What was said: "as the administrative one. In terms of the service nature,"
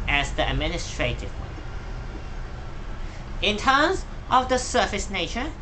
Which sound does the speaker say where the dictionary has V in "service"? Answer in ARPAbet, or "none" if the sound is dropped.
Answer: F